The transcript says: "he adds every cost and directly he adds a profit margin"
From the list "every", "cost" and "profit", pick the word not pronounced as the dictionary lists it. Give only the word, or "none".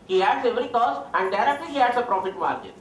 cost